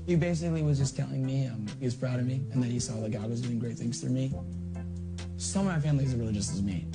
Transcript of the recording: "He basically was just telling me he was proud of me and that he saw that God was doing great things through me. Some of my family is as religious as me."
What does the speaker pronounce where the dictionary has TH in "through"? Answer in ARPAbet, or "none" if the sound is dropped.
F